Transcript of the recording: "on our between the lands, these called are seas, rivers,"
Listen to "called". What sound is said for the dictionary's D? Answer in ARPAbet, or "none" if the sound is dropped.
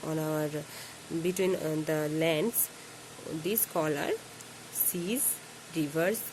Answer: none